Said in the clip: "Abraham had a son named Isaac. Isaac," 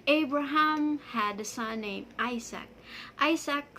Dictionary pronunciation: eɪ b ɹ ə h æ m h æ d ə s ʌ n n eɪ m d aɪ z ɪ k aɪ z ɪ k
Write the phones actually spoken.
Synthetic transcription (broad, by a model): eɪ b ɹ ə h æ m h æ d ə s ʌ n n eɪ m aɪ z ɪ k aɪ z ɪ k